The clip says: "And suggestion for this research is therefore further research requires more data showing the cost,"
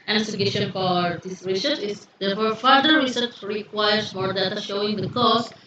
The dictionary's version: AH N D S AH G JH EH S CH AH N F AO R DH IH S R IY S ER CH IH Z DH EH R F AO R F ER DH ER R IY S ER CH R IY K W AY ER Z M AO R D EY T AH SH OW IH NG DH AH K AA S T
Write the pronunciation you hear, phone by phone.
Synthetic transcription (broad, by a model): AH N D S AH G EH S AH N F AO R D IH S R IY S ER CH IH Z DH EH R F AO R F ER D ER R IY S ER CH R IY K W AY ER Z M AO R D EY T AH SH OW IH NG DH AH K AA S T